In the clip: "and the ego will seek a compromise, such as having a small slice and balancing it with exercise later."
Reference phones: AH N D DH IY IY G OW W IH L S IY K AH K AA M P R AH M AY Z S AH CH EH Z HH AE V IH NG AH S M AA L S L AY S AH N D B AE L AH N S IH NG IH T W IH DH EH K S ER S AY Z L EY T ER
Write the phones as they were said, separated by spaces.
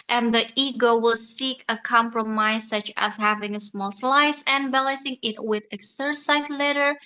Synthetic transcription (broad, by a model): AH N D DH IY IY G OW W IH L S IY K AH K AA M P R AH M AY Z S AH CH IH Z HH AE V IH NG AH S M AA L S L AY S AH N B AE L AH S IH NG IH T W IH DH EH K S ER S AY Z L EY T ER